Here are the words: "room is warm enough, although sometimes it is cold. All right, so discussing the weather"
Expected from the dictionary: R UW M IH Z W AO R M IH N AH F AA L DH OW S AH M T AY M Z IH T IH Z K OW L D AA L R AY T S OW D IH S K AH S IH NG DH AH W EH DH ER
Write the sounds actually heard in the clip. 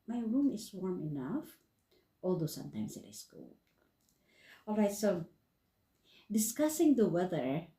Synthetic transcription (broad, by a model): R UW M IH S W AO R M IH N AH F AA L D OW S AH M T AY M S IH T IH S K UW L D AA L R AY T S OW D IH S K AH S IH NG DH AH W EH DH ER